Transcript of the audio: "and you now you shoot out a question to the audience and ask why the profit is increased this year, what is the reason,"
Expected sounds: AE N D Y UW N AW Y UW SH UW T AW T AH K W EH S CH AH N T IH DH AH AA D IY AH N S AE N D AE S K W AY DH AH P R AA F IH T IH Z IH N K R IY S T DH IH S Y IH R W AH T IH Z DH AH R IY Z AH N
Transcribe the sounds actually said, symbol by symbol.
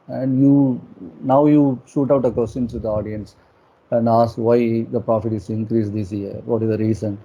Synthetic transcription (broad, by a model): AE N D Y UW N AW Y UW SH UW T AW T AH K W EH S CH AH N S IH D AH AA D IY AH N S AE N D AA S K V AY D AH P R AA F IH T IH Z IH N K R IY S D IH S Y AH R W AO T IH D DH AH R IY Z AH N